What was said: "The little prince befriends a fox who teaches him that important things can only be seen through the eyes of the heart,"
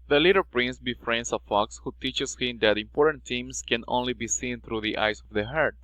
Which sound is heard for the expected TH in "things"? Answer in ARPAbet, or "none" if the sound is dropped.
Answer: T